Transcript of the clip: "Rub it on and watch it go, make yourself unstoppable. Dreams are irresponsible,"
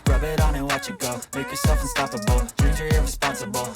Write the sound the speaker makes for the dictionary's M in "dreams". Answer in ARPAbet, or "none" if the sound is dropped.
none